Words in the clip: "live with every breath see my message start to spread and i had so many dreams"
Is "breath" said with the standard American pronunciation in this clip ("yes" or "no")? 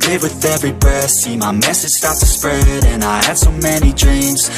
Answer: no